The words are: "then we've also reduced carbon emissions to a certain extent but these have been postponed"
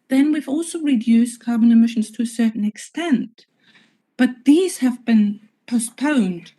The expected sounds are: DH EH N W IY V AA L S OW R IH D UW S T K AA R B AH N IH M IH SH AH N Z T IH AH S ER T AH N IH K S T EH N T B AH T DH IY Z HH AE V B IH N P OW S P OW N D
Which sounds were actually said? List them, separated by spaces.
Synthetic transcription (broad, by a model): DH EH N W IY V AA L S OW R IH D UW S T K AA R B AH N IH M IH SH N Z T IH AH S ER T N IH K S T EH N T B AH T DH IY Z HH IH V B IH N P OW S P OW N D